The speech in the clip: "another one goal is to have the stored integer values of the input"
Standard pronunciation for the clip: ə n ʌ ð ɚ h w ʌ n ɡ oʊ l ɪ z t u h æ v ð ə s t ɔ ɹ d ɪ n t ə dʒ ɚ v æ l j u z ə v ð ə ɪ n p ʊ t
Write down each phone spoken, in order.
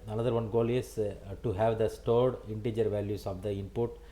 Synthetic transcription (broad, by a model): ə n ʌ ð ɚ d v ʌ n ɡ oʊ l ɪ s t u h æ v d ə s t ɔ ɹ d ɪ n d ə dʒ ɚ v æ l j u s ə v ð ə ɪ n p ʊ t